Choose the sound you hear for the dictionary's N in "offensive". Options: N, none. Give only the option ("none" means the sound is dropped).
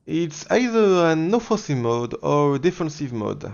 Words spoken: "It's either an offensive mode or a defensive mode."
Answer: none